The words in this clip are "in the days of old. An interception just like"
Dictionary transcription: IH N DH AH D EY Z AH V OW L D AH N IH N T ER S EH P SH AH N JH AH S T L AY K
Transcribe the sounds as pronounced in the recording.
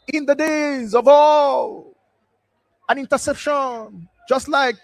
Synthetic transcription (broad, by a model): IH N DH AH D EY Z AH V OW L AH N IH N T ER S EH P SH AH N JH AH S T L AY K